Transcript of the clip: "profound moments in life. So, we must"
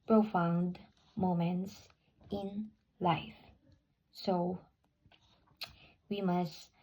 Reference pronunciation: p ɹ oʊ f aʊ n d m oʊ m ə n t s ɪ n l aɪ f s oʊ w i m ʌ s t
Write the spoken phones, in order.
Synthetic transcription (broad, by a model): p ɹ oʊ f aʊ n d m oʊ m ə n t s ɪ n l aɪ f s oʊ w i m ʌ s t